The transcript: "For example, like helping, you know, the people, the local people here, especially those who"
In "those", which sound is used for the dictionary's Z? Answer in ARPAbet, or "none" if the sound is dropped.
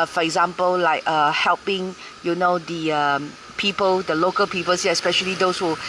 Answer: S